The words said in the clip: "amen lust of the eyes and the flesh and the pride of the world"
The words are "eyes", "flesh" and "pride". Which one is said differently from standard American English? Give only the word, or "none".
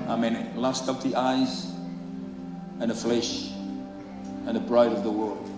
pride